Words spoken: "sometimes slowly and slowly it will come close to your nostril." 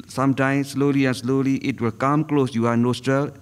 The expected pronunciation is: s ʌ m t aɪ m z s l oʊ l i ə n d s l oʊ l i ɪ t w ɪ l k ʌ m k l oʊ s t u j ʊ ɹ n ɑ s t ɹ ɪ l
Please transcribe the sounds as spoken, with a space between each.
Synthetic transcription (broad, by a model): s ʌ m t aɪ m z s l oʊ l i ə n d s l oʊ l i ɪ t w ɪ l k ʌ m k l oʊ s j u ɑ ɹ n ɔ s t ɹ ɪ l